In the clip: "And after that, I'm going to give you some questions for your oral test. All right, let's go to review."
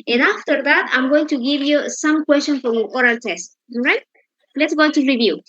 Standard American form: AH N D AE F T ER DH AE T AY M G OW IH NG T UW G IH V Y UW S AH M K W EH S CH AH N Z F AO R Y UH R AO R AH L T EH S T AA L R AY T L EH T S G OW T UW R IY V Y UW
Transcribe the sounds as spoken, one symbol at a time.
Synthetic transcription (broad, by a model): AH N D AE F T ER DH AE T AY M G OW IH NG T UW G IH V Y UW S AH M K W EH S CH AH N F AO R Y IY AO R AH L T EH S T R AY T L EH T S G OW T UW R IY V Y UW